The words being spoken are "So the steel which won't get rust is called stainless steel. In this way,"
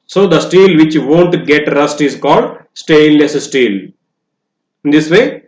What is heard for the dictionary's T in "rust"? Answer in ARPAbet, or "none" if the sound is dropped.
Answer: T